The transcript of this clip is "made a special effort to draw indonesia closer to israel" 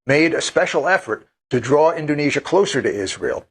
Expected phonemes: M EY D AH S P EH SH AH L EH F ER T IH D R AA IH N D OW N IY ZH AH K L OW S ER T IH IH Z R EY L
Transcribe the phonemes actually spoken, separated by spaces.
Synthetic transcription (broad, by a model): M EY D AH S P EH SH L EH F ER T IH D R AA IH N D OW N IY ZH AH K L OW S ER T IH IH Z R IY L